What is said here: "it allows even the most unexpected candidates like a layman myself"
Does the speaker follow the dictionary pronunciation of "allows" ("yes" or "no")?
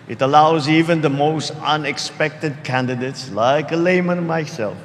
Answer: yes